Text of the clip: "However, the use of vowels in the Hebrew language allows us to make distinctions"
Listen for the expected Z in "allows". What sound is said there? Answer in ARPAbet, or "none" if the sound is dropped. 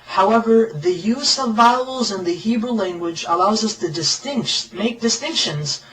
Z